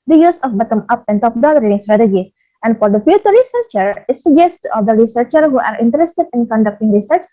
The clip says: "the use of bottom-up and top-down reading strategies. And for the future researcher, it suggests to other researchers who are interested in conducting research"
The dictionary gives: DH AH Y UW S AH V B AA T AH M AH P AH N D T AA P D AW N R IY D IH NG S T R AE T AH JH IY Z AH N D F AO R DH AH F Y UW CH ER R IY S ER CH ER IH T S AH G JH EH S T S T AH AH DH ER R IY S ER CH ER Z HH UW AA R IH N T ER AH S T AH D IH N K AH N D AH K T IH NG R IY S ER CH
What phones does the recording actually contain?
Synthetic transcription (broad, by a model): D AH Y UW S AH F B AA T AH M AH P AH N T AA P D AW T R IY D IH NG S T R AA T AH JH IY AH N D F AO R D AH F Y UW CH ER R IY S ER CH ER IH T S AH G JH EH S S T AH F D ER R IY S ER CH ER HH UW AA R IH N T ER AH S T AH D IH N K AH N D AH K T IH NG R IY S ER CH